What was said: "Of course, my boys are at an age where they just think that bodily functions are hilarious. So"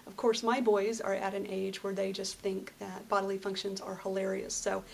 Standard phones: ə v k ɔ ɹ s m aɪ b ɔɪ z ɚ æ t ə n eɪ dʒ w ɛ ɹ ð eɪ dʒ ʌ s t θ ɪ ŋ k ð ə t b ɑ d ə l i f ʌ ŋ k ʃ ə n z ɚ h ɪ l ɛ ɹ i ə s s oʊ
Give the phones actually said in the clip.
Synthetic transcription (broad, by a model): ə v k ɔ ɹ s m aɪ b ɔɪ z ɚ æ t ə n eɪ dʒ w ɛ ɹ ð eɪ dʒ ʌ s t θ ɪ ŋ k ð ə t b ɑ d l i f ʌ ŋ k ʃ ə n z ɚ h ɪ l ɛ ɹ i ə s s oʊ